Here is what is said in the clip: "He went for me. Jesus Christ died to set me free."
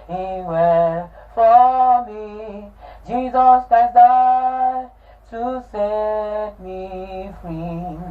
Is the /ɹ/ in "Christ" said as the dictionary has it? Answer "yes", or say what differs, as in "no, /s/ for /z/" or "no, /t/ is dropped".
no, /ɹ/ is dropped